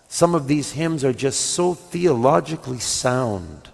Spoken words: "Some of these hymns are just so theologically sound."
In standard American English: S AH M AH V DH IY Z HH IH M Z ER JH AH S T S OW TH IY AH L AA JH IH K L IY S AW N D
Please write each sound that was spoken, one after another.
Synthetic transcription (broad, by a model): S AH M AH V DH IY Z HH IH M Z ER JH AH S T S OW TH IY AH L AA JH IH K L IY S AW N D